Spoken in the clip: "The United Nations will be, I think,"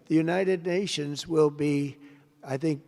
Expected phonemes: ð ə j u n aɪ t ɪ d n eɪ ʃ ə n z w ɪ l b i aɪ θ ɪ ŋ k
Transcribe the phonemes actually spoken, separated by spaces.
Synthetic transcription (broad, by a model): ð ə j u n aɪ t ɪ d n eɪ ʃ ə n z w ɪ l b i aɪ θ ɪ ŋ k